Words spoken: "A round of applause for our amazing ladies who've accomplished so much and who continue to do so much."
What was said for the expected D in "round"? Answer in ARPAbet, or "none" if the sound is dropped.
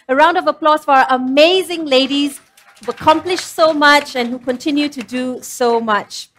D